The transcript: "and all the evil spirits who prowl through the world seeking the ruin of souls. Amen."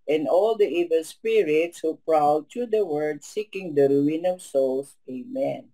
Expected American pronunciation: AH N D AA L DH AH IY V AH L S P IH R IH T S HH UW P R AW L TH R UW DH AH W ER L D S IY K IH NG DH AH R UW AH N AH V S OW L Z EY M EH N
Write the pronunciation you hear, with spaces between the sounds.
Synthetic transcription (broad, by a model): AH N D AA L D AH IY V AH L S P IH R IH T S HH UW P R AW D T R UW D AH W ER D S IY K IH NG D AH R UW AH N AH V S OW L S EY M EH N